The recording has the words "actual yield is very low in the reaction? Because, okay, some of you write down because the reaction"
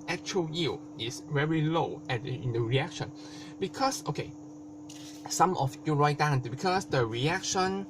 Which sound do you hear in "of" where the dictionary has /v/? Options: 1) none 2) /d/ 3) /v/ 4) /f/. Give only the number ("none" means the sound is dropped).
4